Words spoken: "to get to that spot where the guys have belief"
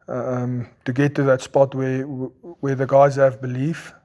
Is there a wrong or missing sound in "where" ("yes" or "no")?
yes